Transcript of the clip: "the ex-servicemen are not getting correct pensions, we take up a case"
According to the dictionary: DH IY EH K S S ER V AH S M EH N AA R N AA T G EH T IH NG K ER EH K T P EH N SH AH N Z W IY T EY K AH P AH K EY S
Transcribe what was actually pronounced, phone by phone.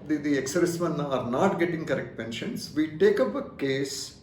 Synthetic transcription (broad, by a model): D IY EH K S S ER AH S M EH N AA R N AA T G EH T IH NG K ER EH K T P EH N SH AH N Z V IY T EY K AH P AH K EY S